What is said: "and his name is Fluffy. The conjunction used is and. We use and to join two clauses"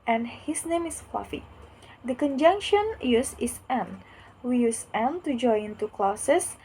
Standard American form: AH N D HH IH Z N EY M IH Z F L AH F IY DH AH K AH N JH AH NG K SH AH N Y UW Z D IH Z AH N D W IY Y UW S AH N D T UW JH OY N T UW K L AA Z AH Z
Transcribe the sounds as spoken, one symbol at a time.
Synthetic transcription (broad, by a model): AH N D HH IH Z N EY M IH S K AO F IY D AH K AH N JH AH NG K SH AH N Y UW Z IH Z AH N W IY Y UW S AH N T UW JH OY N T UW K L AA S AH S